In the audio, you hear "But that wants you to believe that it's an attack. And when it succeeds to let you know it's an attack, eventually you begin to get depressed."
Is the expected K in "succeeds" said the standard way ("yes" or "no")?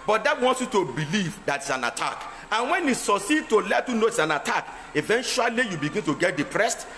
no